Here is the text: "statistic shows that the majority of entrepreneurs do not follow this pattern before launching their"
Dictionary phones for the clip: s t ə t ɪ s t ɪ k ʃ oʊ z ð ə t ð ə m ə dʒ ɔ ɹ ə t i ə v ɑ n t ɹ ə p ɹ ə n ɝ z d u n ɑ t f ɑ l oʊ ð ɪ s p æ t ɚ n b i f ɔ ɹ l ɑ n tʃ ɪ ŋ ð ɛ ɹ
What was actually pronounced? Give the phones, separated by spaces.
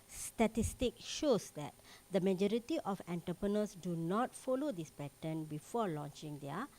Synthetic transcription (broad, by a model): s t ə t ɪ s t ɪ k ʃ oʊ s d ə t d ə m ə dʒ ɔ ɹ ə t i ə f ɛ n t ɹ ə p ɹ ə n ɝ s d u n ɑ t f ɑ l oʊ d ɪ s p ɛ t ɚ n b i f ɔ l ɑ n tʃ ɪ ŋ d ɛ